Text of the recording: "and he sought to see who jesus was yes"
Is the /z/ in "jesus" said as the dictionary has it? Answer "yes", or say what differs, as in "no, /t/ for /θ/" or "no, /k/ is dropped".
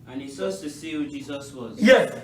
yes